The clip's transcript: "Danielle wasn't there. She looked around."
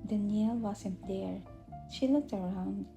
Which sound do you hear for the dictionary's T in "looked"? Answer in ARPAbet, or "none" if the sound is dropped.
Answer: T